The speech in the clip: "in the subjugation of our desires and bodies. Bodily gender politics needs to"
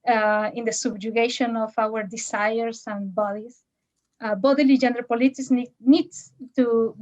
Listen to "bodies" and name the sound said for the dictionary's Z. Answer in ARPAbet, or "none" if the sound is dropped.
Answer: S